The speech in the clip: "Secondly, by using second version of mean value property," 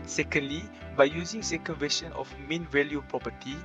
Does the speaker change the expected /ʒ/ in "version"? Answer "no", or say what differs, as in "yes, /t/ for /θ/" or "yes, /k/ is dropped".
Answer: yes, /ʃ/ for /ʒ/